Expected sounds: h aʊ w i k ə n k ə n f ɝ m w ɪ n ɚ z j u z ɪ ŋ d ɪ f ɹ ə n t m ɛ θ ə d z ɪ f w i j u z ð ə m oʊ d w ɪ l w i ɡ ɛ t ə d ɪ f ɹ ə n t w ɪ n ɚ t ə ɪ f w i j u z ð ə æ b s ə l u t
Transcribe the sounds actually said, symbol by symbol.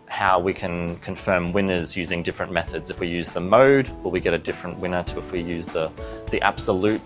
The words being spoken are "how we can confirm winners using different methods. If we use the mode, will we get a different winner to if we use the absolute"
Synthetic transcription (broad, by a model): h aʊ w i k ə n k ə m f ɝ m w ɪ n ɚ z j u z ɪ ŋ d ɪ f ɹ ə n m ɛ θ ə d z ɪ f w i j u z ð ə m oʊ d w ɪ l w i ɡ ɛ t ə d ɪ f ɹ ə n t w ɪ n ɚ t ə ɪ f w i j u z ð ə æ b s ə l u t